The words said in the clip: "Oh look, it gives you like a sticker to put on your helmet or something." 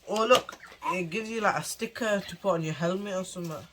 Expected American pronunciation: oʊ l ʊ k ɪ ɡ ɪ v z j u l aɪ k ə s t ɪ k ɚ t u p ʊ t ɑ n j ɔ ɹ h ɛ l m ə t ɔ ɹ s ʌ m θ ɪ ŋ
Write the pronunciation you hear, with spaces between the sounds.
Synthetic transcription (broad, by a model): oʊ l ʊ k ɪ ɡ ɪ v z j u l aɪ k ə s t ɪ k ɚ t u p ɑ n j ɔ h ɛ l m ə ɪ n s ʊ m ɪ